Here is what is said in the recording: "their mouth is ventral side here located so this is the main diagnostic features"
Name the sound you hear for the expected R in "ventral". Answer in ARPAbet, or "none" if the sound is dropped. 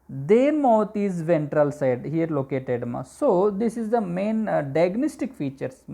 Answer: R